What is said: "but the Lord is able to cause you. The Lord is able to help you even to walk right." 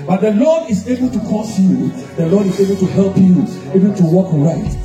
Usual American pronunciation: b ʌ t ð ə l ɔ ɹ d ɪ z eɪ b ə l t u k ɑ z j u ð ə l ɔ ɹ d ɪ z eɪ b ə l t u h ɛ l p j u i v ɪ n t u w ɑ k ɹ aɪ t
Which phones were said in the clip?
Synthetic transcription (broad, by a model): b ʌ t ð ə l ɔ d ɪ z eɪ b ə l t u k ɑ s j u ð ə l ɔ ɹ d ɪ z eɪ b ə l t u h ɛ l p j u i b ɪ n t u w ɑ k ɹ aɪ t